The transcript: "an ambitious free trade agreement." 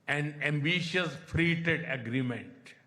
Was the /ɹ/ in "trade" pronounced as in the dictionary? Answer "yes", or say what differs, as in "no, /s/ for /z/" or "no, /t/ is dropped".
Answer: no, /ɹ/ is dropped